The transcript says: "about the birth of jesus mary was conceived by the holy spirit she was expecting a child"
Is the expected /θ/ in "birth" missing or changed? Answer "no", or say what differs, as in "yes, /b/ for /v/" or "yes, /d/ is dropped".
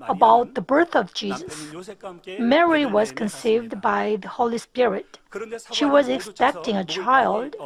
no